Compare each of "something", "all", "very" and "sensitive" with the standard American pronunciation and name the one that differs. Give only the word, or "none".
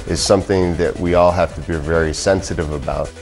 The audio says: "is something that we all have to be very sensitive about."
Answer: none